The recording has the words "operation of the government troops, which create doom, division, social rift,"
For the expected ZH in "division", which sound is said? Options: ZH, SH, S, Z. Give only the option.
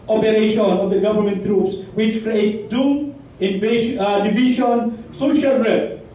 SH